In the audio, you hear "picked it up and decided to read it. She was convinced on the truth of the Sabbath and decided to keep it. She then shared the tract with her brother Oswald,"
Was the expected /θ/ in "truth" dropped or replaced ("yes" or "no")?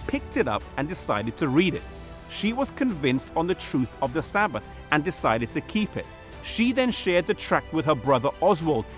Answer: no